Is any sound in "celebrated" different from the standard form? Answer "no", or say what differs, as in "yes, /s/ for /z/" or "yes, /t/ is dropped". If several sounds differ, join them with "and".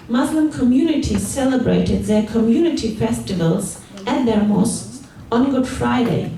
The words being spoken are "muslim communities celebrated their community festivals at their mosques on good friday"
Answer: no